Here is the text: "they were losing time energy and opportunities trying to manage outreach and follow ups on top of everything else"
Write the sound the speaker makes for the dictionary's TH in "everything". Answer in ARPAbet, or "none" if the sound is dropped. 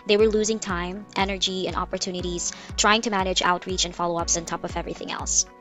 TH